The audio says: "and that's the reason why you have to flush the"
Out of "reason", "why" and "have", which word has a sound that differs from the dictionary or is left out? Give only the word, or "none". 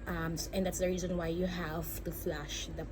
none